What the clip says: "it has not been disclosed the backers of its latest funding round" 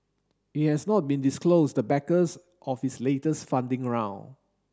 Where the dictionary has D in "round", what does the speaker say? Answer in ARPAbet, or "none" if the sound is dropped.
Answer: none